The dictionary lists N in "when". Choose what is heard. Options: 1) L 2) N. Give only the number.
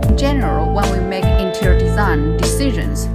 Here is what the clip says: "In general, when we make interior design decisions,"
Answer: 1